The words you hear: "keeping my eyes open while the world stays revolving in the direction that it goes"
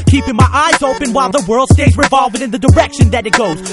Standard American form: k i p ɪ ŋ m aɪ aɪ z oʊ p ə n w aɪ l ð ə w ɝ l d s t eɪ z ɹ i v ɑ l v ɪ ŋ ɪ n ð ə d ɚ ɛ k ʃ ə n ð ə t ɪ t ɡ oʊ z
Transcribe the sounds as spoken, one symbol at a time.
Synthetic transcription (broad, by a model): k i p ɪ ŋ m aɪ aɪ z oʊ p ə n w aɪ l ð ə w ɝ l d s t eɪ z ɹ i v ɑ l v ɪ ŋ ɪ n ð ə d ɚ ɛ k ʃ ə n ð ə t ɪ t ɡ oʊ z